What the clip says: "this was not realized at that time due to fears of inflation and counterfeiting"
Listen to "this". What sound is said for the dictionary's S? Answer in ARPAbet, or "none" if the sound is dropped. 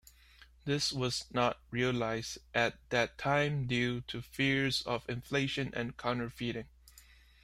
S